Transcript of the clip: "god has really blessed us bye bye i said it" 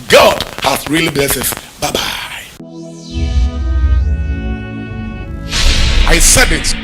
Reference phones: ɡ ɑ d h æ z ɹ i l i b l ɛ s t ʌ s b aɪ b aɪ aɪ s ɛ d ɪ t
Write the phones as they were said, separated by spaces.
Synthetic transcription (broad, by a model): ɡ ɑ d h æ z ɹ i l i b l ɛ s ʌ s b aɪ b aɪ aɪ s ɛ d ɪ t